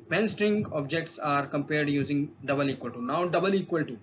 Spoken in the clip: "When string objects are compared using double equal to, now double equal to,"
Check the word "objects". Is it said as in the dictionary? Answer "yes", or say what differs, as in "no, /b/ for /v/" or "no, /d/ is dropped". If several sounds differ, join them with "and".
yes